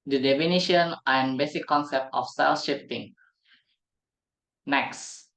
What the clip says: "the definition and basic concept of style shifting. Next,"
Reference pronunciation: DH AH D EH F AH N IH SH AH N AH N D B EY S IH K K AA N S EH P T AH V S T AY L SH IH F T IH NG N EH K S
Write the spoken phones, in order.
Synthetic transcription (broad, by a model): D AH D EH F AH N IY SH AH N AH N B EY S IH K K AA N S EH P T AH F S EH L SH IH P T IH NG N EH K S